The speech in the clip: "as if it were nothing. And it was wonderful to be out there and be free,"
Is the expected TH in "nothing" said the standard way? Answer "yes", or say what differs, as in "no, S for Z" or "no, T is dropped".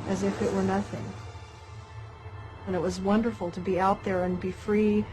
yes